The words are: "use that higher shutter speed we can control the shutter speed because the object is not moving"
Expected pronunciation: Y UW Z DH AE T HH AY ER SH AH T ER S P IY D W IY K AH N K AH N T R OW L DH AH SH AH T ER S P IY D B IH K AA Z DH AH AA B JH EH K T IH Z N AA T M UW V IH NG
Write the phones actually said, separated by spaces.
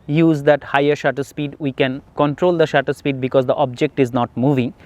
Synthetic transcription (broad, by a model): Y UW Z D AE T HH AY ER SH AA T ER S P IY D W IY K AH N K AH N T R OW L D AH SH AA T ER S P IY D B IH K AA Z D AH AA B JH EH K T IH Z N AA T M UW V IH NG